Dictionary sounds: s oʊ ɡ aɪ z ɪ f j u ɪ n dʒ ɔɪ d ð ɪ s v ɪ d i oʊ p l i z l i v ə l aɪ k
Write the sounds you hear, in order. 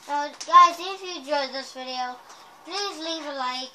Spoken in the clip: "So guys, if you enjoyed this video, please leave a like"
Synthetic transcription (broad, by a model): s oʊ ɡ aɪ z ɪ f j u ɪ dʒ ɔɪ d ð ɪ s v ɪ d i oʊ p l i z l i v ə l aɪ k